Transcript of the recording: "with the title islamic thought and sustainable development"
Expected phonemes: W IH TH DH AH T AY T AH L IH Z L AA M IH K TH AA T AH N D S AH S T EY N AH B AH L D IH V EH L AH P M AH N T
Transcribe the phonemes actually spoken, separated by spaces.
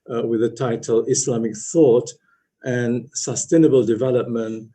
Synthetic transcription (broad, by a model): W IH DH AH T AY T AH L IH S L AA M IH K TH AA T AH N S AH S T EY N AH B AH L D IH V EH L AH P M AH N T